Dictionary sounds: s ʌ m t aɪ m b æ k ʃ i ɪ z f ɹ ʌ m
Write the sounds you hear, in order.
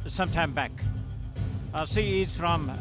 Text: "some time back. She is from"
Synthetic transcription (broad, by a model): s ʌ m t aɪ m b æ k s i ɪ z f ɹ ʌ m